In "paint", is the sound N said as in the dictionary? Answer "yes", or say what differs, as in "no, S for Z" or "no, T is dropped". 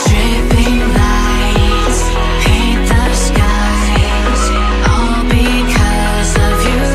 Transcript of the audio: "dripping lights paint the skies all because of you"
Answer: no, N is dropped